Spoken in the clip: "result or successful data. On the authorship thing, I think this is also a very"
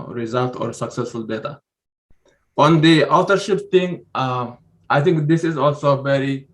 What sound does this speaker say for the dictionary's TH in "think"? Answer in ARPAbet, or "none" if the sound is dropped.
T